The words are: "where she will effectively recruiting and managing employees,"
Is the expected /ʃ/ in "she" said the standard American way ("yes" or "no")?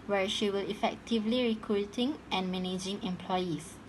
yes